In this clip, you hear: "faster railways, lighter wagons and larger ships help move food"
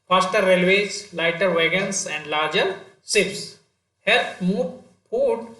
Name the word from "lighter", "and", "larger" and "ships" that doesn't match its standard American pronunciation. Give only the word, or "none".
ships